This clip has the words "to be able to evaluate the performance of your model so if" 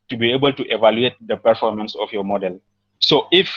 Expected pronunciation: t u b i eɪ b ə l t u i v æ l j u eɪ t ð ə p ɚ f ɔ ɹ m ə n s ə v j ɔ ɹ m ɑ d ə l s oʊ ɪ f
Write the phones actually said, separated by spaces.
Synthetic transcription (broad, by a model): t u b i eɪ b ə l t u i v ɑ l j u eɪ t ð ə p ɚ f ɔ ɹ m ə n s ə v j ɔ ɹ m ɑ d ə l s oʊ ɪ f